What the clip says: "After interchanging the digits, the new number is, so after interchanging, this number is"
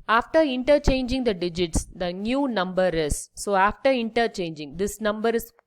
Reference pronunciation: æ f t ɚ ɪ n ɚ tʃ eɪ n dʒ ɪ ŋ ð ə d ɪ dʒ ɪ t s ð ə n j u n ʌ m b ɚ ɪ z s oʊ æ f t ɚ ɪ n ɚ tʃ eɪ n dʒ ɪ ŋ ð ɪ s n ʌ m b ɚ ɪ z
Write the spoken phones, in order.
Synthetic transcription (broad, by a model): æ f t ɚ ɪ n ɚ tʃ eɪ n dʒ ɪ ŋ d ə d ɪ dʒ ɪ t s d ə n j u n ʌ m b ɚ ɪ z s oʊ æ f t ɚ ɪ n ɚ tʃ eɪ n dʒ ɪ ŋ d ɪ s n ʌ m b ɚ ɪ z